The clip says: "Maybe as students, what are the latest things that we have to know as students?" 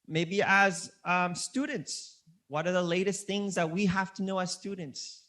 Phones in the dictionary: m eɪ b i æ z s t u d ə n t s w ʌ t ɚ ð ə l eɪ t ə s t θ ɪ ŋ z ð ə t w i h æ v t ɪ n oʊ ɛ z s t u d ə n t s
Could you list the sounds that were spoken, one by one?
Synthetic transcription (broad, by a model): m eɪ b i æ z s t u d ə n t s w ʌ t ɚ ð ə l eɪ t ə s t θ ɪ ŋ z ð ə t w i h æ f t ɪ n oʊ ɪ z s t u d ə n t s